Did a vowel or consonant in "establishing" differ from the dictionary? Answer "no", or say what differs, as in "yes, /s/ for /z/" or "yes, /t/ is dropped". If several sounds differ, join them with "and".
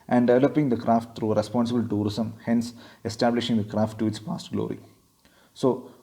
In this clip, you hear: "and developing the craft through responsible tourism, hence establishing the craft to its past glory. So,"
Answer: no